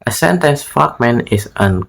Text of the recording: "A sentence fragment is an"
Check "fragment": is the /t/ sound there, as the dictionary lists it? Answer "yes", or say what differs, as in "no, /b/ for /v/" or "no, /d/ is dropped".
no, /t/ is dropped